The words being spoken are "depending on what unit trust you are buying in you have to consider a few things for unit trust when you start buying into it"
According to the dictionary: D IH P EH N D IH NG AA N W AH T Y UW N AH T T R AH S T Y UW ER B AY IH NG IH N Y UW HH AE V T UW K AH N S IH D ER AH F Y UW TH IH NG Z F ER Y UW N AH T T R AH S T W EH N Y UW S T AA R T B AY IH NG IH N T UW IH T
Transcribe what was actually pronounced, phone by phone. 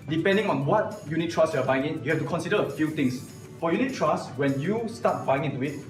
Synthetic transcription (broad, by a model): D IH P EH N D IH NG AA N W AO T Y UW N AH T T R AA S Y UW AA B AY IH NG IH N Y UW HH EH F T UW K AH N S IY D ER AH F Y UW T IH NG S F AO Y UW N AH T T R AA S W EH N Y UW S T AA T B AY IH NG IH N T UW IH T